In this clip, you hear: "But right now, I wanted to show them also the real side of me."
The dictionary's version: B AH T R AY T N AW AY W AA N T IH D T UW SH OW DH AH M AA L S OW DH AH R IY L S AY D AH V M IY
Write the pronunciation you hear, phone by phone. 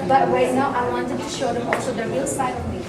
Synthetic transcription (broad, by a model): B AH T W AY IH N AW AY W AA N T IH D T UW SH OW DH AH M AA L S OW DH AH R IY L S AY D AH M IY